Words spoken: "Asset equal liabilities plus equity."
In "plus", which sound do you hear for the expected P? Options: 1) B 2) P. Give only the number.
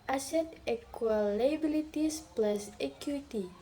2